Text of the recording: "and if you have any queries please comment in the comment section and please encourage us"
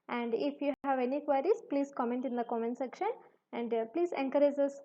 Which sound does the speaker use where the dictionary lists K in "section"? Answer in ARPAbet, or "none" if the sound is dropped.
K